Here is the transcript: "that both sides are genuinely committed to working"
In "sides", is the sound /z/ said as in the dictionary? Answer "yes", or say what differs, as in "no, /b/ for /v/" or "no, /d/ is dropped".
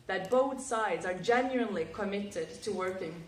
yes